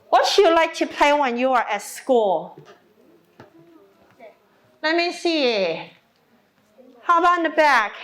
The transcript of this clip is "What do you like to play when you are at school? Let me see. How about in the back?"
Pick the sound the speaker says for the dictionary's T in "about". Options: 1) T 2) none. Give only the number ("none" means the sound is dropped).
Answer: 2